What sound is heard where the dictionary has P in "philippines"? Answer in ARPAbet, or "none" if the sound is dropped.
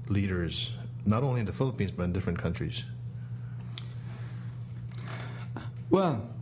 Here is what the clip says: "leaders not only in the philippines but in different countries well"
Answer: P